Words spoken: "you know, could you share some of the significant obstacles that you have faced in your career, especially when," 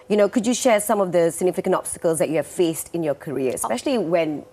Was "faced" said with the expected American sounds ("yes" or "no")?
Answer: yes